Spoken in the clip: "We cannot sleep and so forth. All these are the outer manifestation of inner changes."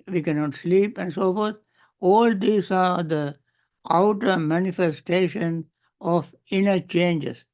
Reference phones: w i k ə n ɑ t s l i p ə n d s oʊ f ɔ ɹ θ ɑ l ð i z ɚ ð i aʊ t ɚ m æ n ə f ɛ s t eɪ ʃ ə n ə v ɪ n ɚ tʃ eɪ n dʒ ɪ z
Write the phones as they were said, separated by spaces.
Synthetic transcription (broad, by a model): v i k ə n ɑ t s l i p ə n d s oʊ f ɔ ɹ t ɑ l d i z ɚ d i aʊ t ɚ m æ n ə f ɛ s t eɪ ʃ ə n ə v ɪ n ɚ tʃ eɪ n dʒ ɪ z